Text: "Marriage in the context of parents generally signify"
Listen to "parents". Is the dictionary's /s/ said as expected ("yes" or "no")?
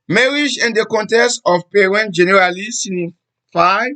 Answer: no